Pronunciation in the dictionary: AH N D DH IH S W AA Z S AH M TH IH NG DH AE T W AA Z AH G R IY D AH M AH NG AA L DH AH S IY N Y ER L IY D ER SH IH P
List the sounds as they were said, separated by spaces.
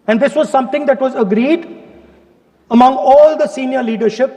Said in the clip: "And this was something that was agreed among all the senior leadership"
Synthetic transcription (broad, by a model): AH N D IH S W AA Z S AH M T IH NG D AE T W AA Z AH G R IY D AH M AH NG AA L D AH S IY N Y ER L IY D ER SH IH P